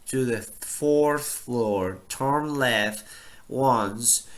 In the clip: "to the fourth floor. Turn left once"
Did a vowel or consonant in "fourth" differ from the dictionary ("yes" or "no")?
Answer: no